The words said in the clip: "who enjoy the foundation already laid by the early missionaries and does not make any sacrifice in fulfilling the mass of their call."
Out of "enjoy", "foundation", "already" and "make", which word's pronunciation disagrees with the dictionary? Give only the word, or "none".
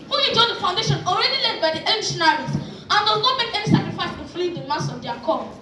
enjoy